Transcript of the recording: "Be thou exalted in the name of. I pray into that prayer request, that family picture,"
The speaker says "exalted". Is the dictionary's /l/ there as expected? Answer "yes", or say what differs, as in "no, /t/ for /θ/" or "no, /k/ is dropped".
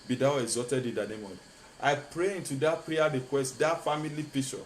no, /l/ is dropped